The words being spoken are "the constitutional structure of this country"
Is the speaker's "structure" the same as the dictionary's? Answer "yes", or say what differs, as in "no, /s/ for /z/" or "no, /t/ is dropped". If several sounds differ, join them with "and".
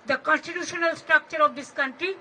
yes